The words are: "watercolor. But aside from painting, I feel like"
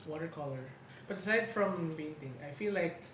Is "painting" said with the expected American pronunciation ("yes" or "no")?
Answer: no